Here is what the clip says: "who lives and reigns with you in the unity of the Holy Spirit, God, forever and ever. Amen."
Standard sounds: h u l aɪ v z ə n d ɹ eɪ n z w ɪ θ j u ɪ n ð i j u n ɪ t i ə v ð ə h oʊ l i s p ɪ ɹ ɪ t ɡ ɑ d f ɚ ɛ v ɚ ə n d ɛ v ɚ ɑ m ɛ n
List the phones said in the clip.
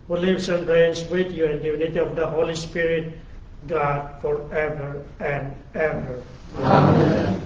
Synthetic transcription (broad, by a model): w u l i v s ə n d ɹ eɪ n s w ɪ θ j u ɪ n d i j u n ɪ t i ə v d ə h oʊ l i s p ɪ ɹ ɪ t ɡ ɑ d f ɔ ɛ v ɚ ə n d ɛ v ɚ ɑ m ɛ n